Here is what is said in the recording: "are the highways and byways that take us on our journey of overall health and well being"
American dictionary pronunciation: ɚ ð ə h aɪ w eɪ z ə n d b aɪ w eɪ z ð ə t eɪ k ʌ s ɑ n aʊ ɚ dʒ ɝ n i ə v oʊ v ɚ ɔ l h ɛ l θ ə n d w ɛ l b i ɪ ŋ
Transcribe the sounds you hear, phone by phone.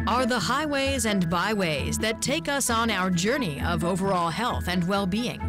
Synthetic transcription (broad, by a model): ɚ ð ə h aɪ w eɪ z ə n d b aɪ w eɪ z ð ə t eɪ k ʌ s n aʊ ɚ dʒ ɝ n i ə v oʊ v ɚ ɔ l h ɛ l θ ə n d w ɛ l b i ɪ ŋ